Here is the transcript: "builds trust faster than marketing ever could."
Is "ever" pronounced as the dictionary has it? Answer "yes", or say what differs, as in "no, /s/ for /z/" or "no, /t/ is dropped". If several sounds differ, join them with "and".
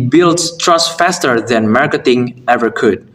yes